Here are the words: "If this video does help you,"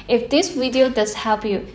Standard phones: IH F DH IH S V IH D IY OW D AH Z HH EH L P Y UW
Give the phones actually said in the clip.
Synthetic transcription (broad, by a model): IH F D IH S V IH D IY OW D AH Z HH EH P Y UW